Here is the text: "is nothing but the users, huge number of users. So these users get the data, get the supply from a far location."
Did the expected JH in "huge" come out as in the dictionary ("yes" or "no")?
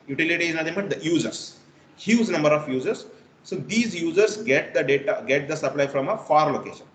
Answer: no